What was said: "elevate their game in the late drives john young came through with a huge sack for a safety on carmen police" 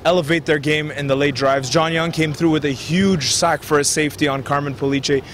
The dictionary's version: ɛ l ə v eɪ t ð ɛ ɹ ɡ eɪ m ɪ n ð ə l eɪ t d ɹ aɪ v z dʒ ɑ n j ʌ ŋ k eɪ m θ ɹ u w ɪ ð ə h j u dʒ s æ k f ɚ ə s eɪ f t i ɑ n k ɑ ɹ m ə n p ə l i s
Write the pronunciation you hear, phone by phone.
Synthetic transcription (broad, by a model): ɛ l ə v eɪ t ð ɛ ɹ ɡ eɪ m ɪ n ð ə l eɪ t d ɹ aɪ v z dʒ ɑ n j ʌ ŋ k eɪ m θ ɹ u w ɪ ð ə h j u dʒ s æ k f ɚ ə s eɪ f t i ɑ n k ɑ ɹ m ə n p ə l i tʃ